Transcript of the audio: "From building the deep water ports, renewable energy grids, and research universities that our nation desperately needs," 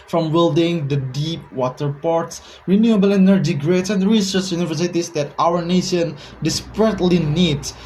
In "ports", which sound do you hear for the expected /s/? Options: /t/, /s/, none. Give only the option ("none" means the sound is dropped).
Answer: /s/